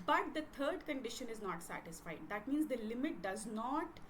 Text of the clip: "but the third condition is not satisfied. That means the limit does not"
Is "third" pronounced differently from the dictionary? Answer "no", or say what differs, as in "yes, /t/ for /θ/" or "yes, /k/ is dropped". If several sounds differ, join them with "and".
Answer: yes, /t/ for /θ/